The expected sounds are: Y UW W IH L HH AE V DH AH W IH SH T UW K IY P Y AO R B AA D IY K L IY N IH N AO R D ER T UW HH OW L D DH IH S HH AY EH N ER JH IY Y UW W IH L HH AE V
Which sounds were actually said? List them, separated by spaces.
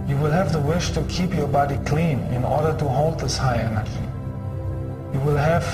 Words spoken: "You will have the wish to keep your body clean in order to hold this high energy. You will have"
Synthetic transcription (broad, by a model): Y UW W IH L HH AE V DH AH W IH SH T UW K IY P Y AO R B AA D IY K L IY N IH N AO R D ER T UW HH OW L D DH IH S HH AY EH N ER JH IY Y UW W IH L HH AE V